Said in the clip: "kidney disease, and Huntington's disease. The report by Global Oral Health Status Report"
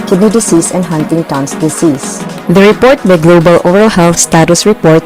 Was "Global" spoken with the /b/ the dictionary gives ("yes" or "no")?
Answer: yes